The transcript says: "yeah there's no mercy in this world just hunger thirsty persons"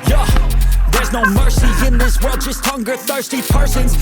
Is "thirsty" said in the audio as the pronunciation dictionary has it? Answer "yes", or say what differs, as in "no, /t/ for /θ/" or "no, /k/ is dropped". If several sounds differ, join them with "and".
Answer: yes